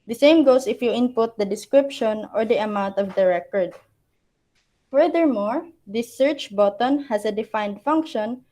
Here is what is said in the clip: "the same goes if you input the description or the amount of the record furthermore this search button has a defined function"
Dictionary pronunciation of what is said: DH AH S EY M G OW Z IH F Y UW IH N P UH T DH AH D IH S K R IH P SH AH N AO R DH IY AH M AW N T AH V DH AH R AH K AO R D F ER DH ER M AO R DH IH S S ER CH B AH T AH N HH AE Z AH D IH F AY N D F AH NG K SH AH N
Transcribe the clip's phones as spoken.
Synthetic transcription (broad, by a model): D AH S EY M G OW S IH F Y UW IH N P UH T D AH D IH S K R IH P SH AH N AO R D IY AH M AW N T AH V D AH R AH K AO R D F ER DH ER M AO R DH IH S S ER CH B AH T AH N HH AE S AH D IH F AY N D F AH NG K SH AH N